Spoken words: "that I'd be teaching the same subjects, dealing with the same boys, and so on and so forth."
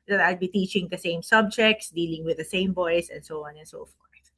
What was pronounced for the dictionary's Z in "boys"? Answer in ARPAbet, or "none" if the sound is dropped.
S